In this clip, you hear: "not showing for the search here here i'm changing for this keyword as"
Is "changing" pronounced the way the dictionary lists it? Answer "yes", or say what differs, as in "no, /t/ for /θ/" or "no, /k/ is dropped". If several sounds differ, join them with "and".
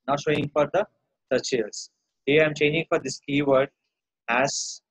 yes